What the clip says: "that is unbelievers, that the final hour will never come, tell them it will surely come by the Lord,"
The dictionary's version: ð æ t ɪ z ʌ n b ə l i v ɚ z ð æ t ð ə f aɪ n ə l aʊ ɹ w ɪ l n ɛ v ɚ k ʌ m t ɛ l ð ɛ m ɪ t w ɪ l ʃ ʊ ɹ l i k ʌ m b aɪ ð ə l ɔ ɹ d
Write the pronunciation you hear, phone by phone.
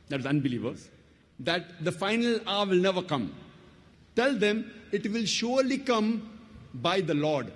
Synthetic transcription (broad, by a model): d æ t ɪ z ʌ n b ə l i v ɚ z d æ t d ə f aɪ n ə l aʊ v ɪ l n ɛ v ɚ k ʌ m t ɛ l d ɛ m ɪ t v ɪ l ʃ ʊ ɹ l i k ʌ m b aɪ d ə l ɔ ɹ d